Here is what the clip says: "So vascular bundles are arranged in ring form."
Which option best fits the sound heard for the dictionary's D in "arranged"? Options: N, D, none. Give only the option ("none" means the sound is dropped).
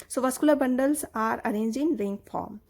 none